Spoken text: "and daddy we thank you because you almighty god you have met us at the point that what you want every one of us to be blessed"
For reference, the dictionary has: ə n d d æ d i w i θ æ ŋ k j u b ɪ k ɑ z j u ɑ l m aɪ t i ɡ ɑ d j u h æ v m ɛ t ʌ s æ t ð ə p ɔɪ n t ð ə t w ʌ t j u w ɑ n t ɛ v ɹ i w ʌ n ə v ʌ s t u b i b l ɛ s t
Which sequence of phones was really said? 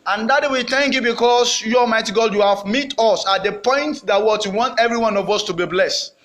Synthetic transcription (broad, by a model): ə n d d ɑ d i w i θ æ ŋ k j u b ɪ k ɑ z j u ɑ m aɪ t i ɡ ɑ d j u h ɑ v m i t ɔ s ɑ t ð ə p ɔɪ n t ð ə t w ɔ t j u w ɑ n t ɛ v ɹ i w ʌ n ə v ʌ s t u b i b l ɛ s t